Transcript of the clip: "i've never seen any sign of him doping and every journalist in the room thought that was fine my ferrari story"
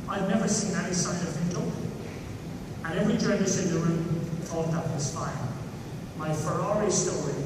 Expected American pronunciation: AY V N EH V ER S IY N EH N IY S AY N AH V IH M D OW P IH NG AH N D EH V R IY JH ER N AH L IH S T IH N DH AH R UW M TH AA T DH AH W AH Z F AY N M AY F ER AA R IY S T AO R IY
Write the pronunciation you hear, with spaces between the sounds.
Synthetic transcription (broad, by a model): AY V N EH V ER S IY N EH N IY S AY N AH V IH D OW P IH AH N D EH V R IY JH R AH N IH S IH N DH AH R UW M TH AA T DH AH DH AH S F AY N M AY F ER AA R IY S T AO R IY